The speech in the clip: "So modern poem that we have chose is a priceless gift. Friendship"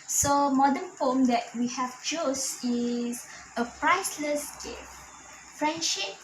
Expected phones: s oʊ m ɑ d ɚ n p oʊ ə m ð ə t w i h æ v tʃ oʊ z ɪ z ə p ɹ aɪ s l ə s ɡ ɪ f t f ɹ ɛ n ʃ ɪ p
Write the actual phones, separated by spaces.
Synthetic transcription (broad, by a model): s oʊ m ɑ d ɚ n f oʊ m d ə t w i h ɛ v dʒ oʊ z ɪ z ə p ɹ aɪ s l ə s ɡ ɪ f f ɹ ɛ n ʃ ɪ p